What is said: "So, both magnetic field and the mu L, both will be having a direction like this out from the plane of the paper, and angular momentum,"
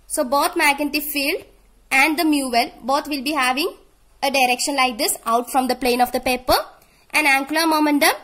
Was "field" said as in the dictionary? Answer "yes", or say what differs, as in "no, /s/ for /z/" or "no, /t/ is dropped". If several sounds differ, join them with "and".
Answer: yes